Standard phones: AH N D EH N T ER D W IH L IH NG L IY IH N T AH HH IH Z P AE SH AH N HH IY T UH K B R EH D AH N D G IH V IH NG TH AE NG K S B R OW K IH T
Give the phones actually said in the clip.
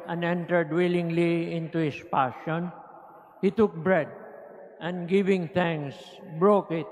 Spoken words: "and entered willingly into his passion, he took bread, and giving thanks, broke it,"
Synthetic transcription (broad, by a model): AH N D EH N T ER D W IH L IH NG L IY IH N T AH HH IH S P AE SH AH N HH IY T UH K B R EH D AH N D G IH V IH NG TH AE NG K S B R OW K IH T